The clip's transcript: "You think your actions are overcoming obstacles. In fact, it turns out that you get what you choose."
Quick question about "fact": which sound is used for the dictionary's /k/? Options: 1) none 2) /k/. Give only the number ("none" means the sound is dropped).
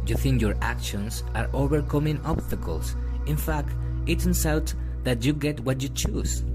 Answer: 2